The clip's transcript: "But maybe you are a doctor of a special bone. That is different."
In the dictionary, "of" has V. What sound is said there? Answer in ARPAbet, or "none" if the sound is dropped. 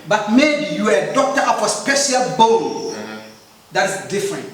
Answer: P